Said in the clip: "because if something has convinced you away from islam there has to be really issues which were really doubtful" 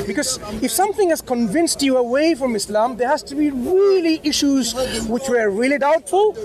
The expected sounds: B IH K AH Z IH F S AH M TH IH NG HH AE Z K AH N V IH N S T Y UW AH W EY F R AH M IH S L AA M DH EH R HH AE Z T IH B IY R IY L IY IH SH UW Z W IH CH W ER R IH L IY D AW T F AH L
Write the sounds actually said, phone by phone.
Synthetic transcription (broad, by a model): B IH K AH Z IH F S AH M TH IH NG HH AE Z K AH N V IH N S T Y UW AH W EY F R AH M IH S L AA M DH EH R HH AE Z T IH B IY R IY L IY IH SH UW Z W IH CH W ER R IH L IY D AW T F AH L